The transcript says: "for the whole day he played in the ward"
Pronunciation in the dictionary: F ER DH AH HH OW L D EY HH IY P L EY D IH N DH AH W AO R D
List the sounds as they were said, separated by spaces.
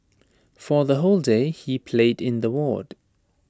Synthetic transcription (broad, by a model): F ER DH AH HH OW L D EY HH IY P L EY D IH N DH AH W AO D